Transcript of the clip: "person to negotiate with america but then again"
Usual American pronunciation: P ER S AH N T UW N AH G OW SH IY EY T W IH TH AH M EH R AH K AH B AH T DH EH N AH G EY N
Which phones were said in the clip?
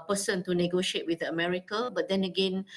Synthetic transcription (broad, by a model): P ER S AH N T UW N AH G OW SH IY EY T W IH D AH M EH R AH K AH B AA T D EH N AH G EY N